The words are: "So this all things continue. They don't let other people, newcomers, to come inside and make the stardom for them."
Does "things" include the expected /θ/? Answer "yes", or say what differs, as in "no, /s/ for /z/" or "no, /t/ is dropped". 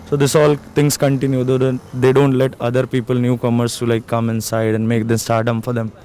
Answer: no, /t/ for /θ/